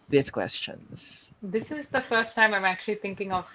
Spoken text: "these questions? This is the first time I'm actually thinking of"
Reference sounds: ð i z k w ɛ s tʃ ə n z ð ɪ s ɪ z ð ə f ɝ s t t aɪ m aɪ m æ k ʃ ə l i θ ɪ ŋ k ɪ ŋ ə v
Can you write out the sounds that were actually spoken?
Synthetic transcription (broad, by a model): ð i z k w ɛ s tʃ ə n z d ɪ s ɪ z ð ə f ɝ s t t aɪ m aɪ m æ k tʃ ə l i t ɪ ŋ k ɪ ŋ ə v